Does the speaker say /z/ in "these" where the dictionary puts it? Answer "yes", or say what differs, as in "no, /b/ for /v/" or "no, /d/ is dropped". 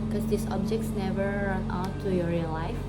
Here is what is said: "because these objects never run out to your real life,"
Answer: no, /s/ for /z/